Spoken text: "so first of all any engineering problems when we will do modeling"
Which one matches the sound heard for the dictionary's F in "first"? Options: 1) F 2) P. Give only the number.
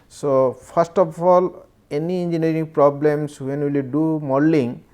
2